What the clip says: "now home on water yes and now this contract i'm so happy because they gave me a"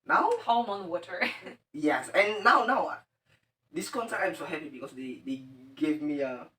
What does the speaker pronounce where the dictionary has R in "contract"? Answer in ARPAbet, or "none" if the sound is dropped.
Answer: none